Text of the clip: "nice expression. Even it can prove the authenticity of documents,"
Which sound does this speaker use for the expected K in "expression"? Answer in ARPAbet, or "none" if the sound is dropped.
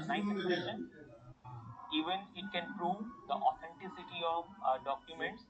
none